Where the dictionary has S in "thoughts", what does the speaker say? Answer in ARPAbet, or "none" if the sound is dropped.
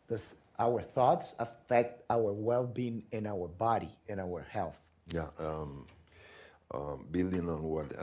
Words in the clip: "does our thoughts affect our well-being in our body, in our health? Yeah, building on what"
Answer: S